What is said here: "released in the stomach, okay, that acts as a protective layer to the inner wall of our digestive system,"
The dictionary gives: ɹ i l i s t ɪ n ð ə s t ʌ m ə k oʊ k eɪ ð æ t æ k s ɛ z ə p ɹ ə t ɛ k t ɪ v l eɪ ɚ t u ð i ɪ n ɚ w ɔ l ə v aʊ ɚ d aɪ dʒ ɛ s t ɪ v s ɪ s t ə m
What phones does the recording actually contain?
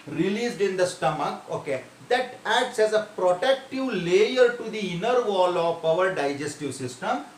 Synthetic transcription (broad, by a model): ɹ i l i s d ɪ n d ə s t ʌ m ə k oʊ k eɪ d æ t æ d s ɛ z ə p ɹ ə t ɛ k t ɪ v l eɪ ɚ t u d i ɪ n ɚ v ɔ l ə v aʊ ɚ d aɪ dʒ ɛ s t ɪ v s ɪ s t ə m